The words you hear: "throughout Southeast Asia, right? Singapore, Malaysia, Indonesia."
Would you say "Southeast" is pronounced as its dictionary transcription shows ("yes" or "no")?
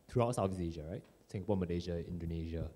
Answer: no